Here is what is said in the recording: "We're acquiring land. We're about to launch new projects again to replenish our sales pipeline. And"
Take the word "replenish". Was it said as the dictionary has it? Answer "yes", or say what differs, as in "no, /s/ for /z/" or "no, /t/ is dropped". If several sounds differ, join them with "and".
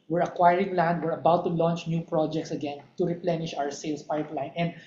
yes